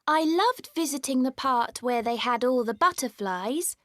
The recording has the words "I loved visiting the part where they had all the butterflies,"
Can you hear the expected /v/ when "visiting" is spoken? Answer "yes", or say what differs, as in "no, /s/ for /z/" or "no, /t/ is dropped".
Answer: yes